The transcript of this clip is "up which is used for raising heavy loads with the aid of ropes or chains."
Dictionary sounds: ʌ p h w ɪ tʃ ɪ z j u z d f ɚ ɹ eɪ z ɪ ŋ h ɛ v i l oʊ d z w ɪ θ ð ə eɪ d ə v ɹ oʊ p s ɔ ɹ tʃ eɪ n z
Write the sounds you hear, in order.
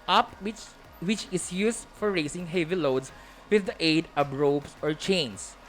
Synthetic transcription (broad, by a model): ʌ p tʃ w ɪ tʃ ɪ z j u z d f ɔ ɹ eɪ s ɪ ŋ h ɛ v i l oʊ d s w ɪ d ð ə eɪ d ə b ɹ oʊ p s ɔ ɹ tʃ eɪ n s